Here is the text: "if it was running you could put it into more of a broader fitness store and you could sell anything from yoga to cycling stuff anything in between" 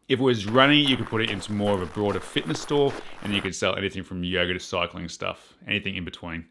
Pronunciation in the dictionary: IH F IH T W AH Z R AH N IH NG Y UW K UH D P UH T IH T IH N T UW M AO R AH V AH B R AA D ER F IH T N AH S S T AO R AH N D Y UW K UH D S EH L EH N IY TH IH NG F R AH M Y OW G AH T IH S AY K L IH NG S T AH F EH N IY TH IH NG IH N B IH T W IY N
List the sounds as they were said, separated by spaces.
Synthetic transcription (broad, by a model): IH F IH T W AH Z R AH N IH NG Y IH K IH D P UH T IH T IH N T UW M AO R AH V AH B R AA D ER F IH T N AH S S T AO R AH N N Y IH K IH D S EH L EH N IY TH IH NG F R AH M Y OW G AH T IH S AY K L IH NG S T AH F EH N IY TH IH NG IH N B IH T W IY N